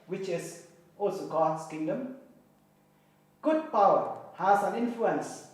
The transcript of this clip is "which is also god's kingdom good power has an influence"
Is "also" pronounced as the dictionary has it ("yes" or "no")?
yes